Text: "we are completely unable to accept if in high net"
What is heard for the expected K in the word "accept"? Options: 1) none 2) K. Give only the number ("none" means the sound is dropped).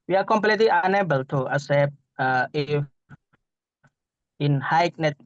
1